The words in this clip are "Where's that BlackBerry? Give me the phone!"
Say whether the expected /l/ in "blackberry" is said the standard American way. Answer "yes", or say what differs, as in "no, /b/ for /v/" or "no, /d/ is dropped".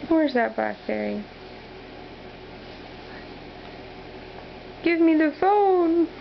no, /l/ is dropped